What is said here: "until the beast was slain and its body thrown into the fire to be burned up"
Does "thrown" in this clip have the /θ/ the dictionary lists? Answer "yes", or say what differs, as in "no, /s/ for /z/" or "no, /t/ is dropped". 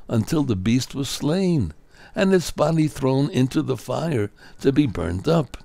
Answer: yes